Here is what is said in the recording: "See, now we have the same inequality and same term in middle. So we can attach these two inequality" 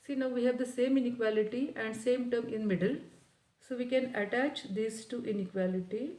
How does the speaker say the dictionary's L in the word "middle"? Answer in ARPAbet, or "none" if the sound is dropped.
L